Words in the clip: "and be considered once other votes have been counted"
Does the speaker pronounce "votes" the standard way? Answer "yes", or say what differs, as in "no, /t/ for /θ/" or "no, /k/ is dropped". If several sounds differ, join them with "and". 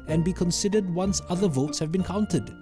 yes